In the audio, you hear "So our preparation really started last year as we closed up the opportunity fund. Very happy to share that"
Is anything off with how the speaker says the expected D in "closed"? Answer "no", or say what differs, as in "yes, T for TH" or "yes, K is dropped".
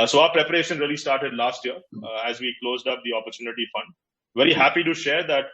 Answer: no